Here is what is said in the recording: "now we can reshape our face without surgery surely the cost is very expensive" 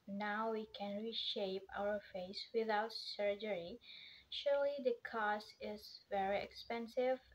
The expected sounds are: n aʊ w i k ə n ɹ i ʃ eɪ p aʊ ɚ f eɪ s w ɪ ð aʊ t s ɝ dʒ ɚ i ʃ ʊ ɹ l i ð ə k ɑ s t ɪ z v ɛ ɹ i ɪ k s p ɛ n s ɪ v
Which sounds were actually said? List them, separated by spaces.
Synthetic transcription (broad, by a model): n aʊ w i k ə n ɹ i ʃ eɪ p aʊ ɚ f eɪ s w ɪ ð aʊ t s ɝ dʒ ɚ i ʃ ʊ ɹ l i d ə k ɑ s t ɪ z v ɛ ɹ i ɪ k s p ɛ n s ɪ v